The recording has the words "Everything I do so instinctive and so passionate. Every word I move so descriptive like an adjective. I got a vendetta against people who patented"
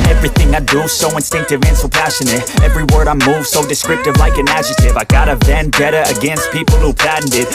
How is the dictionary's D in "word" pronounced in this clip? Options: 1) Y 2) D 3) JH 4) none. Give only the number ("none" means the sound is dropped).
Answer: 2